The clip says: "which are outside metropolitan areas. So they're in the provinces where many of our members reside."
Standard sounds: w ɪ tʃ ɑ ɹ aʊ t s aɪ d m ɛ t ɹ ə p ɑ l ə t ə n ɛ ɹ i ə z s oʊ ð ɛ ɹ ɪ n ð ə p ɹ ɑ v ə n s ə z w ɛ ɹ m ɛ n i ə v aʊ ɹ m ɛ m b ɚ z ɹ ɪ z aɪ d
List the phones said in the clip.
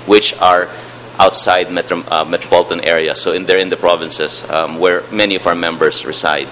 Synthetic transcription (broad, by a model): w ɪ tʃ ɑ ɹ aʊ t s aɪ d m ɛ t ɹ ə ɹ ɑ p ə t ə n ɛ ɹ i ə s oʊ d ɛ ɹ ɪ n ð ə p ɹ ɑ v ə n s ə s w ɛ ɹ m ɛ n i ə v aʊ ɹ m ɛ m b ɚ s ɹ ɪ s aɪ d